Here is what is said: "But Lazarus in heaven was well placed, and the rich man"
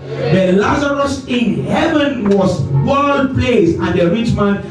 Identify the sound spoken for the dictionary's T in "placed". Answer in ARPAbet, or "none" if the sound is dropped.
none